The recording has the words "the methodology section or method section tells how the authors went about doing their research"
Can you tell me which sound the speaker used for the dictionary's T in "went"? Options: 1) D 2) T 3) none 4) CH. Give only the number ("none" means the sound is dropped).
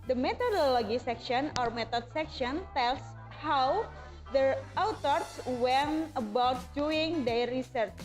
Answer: 3